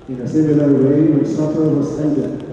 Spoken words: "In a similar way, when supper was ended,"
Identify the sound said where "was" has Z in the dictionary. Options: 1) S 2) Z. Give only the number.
1